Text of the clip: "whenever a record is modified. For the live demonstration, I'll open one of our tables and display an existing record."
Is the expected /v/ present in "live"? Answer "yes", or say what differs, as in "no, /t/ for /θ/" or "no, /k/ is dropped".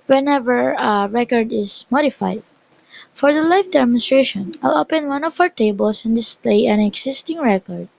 no, /f/ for /v/